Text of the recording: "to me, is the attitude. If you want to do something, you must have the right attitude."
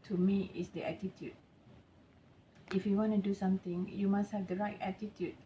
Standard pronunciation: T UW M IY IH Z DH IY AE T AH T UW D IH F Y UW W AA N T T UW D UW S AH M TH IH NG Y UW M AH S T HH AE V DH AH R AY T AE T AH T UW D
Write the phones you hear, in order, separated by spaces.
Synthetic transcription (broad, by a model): T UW M IY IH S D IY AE T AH T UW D IH F Y UW W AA N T T UW D UW S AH M T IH NG Y UW M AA S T HH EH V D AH R AY T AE T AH T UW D